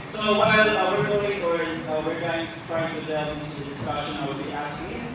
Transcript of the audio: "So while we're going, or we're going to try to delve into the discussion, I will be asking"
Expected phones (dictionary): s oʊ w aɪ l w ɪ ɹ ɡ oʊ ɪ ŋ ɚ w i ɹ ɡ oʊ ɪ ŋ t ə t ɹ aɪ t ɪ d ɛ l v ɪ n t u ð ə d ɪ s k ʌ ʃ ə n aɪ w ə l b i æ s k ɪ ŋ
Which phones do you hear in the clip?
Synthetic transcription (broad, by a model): s oʊ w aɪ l w ɪ ɹ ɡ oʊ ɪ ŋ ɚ w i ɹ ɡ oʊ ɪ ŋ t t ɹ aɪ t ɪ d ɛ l ɪ n t u ð ə d ɪ s k ʌ ʃ ə n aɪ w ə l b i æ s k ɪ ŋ